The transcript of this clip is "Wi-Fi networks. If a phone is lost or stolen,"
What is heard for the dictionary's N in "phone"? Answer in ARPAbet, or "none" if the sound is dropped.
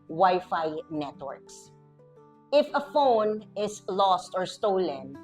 N